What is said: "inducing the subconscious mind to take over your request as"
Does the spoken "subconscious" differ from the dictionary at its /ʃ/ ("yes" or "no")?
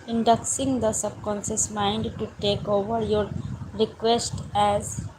yes